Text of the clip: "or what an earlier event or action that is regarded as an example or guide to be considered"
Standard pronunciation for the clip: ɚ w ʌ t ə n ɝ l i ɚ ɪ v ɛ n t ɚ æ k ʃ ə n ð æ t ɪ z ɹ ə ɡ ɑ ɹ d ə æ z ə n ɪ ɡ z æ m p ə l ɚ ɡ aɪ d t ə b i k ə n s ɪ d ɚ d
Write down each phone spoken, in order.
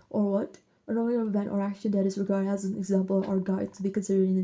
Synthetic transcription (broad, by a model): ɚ w ʌ t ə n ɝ i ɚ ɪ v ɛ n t ɚ æ k ʃ ə n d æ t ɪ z ɹ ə ɡ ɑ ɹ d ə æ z ə n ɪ ɡ z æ m p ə l ɚ ɡ aɪ d t ə b i k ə n s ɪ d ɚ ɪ